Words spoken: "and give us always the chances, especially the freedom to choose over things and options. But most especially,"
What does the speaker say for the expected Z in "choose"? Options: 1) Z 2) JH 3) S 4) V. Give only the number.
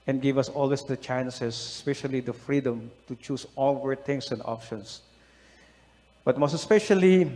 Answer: 3